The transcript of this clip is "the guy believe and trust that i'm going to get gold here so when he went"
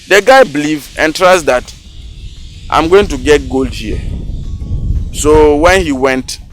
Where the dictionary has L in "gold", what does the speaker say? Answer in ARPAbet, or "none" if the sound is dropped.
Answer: L